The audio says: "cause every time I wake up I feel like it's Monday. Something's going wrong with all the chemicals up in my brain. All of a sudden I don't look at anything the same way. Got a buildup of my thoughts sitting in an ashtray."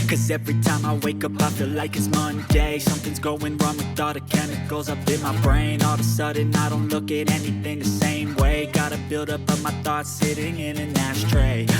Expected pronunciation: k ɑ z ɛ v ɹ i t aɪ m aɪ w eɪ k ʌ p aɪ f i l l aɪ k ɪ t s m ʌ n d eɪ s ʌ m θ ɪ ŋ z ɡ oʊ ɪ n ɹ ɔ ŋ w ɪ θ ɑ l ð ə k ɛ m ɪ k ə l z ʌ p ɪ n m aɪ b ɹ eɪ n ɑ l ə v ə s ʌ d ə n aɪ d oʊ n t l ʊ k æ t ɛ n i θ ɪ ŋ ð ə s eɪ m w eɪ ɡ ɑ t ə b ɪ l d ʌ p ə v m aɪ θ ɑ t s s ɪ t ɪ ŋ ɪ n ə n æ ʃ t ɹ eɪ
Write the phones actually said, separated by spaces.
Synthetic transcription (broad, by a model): k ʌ z ɛ v ɹ i t aɪ m aɪ w eɪ k ʌ p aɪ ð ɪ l l aɪ k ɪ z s m ʌ n d eɪ s ʌ m θ ɪ ŋ z ɡ oʊ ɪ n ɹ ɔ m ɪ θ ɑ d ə k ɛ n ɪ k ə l z ʌ p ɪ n m aɪ b ɹ eɪ n ɑ l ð ə s ʌ d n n aɪ d oʊ n t l ʊ k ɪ t ɛ n i θ ɪ ŋ ð ə s eɪ m w eɪ ɡ ɑ t ə b ɪ l d ʌ p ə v m aɪ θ ɑ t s s ɪ t ɪ ŋ ɪ n ə n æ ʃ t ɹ eɪ